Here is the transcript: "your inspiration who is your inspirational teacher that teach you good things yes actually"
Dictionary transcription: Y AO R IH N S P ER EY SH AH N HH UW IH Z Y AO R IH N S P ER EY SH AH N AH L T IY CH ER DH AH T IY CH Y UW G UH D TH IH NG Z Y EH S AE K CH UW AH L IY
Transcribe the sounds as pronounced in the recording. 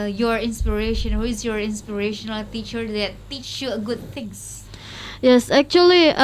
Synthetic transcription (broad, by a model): Y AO R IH N S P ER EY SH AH N HH UW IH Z Y AO R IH N S P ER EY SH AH N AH L T IY CH ER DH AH T IY CH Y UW G UH D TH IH NG S Y EH S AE K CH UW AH L IY